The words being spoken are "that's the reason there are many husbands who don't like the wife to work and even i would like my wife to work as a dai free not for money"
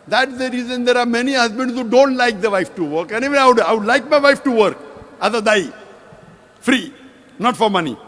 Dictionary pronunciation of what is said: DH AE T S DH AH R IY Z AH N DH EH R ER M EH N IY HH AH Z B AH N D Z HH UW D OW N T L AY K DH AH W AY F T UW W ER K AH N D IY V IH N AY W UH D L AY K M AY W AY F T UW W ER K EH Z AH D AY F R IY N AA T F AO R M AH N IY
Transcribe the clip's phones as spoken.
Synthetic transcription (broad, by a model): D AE T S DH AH R IY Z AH N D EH R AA M EH N IY HH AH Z B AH N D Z HH UW D OW N T L AY K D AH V AY F T UW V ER K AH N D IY V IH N AY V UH D L AY K M AY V AY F T UW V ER K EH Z AH D AY F R IY N AA T F AO R M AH N IY